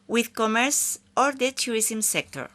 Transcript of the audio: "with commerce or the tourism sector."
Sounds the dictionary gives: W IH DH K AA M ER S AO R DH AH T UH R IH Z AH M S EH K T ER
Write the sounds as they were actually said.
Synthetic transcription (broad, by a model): W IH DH K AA M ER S AO R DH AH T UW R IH S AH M S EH K T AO